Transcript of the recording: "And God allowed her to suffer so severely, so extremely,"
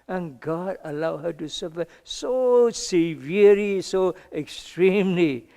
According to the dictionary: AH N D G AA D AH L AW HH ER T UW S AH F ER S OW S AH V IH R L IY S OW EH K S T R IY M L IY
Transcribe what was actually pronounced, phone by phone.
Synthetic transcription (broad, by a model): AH N G AA D AH L AW HH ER T UW S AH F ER S OW S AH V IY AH L IY S OW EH K S T R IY M L IY